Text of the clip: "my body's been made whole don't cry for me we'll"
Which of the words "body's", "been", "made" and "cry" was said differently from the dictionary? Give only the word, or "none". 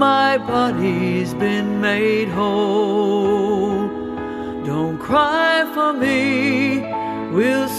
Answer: none